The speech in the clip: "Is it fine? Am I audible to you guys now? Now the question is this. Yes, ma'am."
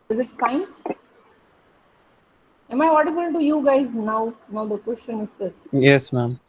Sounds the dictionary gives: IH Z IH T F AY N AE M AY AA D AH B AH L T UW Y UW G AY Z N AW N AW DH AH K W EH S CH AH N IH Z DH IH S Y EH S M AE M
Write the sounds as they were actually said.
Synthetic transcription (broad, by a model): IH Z IH T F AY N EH M AY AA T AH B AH N T UW Y UW G AY Z N AW N AW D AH K W EH S CH AH N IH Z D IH S Y EH S M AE M